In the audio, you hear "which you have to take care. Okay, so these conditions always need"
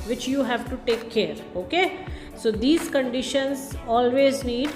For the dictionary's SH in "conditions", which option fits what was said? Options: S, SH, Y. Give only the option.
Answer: SH